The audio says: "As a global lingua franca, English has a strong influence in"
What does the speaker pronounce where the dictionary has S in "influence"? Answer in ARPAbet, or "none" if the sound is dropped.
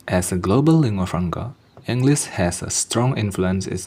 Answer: S